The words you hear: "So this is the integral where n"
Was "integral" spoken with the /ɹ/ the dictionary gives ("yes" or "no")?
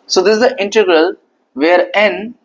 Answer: yes